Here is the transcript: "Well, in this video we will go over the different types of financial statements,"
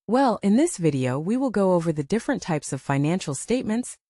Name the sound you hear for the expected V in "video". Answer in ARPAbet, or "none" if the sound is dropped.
V